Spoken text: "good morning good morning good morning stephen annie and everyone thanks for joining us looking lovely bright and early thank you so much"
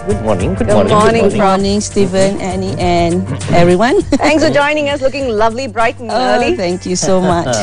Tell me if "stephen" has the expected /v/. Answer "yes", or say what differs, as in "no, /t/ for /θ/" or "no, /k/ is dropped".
yes